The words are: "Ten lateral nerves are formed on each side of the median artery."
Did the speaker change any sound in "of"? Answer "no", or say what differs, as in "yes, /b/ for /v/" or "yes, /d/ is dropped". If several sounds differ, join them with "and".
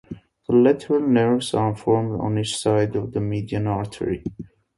no